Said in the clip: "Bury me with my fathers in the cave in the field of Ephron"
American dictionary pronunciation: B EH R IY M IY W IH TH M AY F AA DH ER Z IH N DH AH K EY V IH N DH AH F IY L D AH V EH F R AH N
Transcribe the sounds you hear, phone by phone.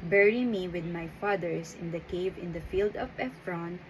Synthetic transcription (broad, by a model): B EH R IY M IY W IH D M AY F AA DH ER S IH N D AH K EY V IH N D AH F IY L D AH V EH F R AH N